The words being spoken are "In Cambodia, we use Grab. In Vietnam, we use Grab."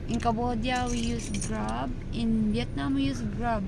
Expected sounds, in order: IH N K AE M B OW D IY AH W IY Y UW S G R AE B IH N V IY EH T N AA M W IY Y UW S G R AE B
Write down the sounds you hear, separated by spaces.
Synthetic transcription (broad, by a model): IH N K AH B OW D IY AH W IY Y UW S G R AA B IH N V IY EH T N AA M W IY Y UW S G R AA B